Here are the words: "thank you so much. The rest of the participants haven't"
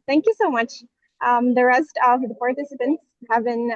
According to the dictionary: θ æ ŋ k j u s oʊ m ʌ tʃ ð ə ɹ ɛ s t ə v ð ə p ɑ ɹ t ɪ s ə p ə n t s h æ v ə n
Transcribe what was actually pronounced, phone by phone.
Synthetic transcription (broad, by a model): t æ ŋ k j u s oʊ m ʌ tʃ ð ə ɹ ɛ s t ə v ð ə p ɑ ɹ t ɪ s ə p ə n t s h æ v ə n